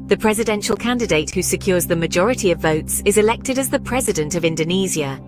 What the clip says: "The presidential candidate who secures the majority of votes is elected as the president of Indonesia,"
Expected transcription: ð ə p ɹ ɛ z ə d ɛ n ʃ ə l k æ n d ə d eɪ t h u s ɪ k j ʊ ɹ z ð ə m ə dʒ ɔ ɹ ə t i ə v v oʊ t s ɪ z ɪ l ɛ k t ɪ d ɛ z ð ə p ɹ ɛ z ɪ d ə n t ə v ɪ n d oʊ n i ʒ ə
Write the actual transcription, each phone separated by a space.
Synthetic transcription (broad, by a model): ð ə p ɹ ɛ z ə d ɛ n ʃ ə l k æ n d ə d eɪ t h u s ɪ k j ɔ z ð ə m ə dʒ ɔ ɹ ə t i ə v v oʊ t s ɪ z ɪ l ɛ k t ɪ d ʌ z ð ə p ɹ ɛ z ɪ d ə n t ə v ɪ n d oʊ n i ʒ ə